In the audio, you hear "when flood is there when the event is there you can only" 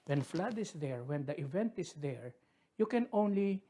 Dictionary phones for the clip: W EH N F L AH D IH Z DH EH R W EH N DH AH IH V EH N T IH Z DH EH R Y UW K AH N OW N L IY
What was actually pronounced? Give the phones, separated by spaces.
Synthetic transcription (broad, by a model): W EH N F L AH D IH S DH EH R W EH N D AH IH V EH N T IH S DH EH R Y UW K AH N OW N L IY